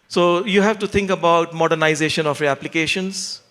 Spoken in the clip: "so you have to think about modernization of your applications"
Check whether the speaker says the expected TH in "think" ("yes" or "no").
no